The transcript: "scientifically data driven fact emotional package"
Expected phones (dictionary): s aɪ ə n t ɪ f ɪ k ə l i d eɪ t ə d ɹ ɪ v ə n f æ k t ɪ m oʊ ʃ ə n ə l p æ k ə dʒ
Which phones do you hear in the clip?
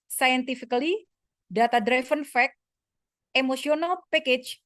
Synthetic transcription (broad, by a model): s aɪ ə n t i f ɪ k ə l i d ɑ t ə d ɹ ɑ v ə n f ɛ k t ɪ m oʊ s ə n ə l p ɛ k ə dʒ